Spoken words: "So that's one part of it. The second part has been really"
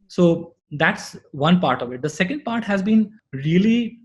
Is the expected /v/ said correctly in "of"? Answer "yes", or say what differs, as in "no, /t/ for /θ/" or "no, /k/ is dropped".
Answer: yes